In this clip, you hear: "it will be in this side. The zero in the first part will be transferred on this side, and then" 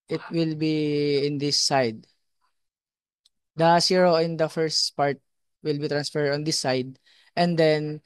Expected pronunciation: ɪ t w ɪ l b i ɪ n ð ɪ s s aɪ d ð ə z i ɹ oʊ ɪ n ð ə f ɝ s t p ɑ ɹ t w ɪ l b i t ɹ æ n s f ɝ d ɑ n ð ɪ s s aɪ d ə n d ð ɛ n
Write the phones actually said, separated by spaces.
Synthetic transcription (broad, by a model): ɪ t w ɪ l b i ɪ n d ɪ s s aɪ d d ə s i ɹ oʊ ɪ n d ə f ɝ s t p ɑ ɹ t w ɪ l b i t ɹ æ n s f ɝ d ɑ n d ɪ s s aɪ d ə n d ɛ n